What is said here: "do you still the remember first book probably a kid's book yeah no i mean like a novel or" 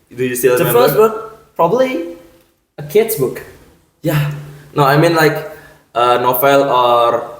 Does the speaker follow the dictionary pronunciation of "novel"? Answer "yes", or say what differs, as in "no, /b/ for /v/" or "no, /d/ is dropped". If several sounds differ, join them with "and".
no, /f/ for /v/